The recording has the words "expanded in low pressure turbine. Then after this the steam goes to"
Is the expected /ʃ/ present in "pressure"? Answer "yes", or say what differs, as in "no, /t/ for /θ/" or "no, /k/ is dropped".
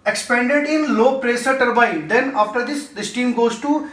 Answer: no, /s/ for /ʃ/